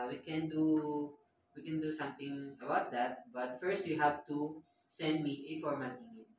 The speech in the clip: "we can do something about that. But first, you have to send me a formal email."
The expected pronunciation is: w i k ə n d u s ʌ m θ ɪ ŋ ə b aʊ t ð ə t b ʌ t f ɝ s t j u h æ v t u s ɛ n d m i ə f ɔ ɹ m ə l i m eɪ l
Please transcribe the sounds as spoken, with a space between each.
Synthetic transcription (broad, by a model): w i k ə n d u s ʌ m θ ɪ ŋ ə b aʊ t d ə t b ʌ t f ɝ s t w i h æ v t u s ɛ n d m i ə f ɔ ɹ m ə n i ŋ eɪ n